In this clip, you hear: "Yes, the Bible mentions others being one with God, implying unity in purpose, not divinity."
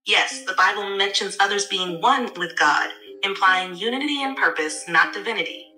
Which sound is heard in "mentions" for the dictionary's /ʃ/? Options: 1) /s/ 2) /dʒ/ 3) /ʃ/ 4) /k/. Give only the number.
3